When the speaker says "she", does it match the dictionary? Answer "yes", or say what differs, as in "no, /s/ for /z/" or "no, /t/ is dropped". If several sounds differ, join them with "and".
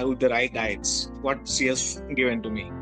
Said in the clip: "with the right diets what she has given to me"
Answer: no, /s/ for /ʃ/